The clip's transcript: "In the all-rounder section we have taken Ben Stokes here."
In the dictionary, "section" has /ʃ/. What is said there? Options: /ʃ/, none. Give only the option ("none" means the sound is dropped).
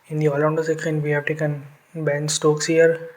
none